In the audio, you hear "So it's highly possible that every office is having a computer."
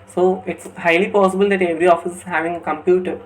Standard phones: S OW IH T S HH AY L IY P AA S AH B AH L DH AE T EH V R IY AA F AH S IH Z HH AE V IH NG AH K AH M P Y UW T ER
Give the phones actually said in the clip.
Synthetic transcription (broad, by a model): S OW IH T S HH AY L IY P AA S AH B AH L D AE T EH V R IY AA F AH S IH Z HH AE V IH NG AH K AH M P Y UW T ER